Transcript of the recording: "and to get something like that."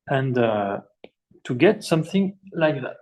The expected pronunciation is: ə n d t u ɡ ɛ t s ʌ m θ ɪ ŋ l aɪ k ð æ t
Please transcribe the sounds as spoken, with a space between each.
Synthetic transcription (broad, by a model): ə n d t u ɡ ɛ t s ʌ m θ ɪ ŋ l aɪ k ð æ t